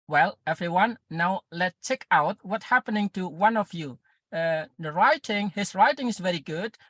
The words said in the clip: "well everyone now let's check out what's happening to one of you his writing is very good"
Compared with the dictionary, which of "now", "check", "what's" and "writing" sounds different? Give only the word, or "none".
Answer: what's